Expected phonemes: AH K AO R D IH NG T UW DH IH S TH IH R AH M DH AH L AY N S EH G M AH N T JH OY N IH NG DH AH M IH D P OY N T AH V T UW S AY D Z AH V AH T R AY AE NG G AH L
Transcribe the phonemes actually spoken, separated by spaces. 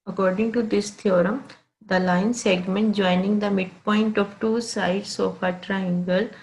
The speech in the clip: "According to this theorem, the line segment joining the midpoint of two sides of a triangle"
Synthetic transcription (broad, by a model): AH K AO R D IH NG T UW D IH S T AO R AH M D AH L AY N S EH G M AH N T JH OY N IH NG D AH M IH D P OY N T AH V T UW S AY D S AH F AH T R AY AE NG G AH L